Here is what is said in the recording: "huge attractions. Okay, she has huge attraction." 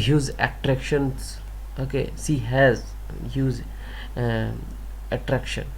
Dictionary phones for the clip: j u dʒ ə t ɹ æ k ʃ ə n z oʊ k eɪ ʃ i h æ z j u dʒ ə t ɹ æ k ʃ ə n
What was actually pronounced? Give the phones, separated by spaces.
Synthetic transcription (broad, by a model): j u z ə t ɹ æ k ʃ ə n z oʊ k eɪ s i h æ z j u z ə t ɹ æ k ʃ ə n